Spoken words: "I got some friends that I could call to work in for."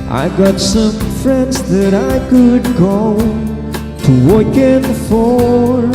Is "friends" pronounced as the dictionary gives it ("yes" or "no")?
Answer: yes